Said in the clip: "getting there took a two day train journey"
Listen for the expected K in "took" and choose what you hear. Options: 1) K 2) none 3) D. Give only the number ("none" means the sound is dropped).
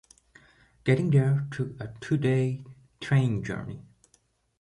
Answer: 2